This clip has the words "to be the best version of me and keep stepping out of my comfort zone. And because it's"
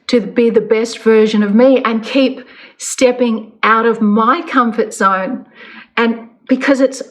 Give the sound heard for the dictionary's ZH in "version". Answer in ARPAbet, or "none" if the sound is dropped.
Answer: ZH